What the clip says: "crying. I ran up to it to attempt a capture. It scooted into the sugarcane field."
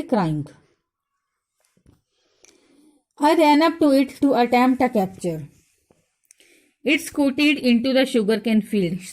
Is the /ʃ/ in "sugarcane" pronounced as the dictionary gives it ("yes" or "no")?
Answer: yes